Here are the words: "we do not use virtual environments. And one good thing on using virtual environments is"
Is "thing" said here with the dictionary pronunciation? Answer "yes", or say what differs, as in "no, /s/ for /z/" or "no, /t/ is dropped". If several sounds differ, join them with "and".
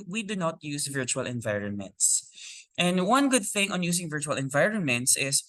yes